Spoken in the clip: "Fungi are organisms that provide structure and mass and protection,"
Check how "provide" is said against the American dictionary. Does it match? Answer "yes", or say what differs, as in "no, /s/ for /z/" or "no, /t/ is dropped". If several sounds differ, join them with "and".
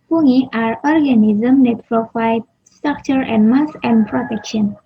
no, /f/ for /v/